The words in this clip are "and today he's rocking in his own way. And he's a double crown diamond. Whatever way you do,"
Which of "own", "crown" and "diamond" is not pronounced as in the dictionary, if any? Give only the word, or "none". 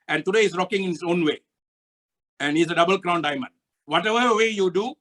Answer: none